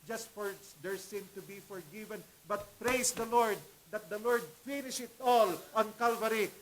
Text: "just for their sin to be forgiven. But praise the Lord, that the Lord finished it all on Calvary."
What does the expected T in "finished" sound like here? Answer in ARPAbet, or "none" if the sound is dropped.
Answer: none